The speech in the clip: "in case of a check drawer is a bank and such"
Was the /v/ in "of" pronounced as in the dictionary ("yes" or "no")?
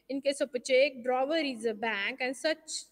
no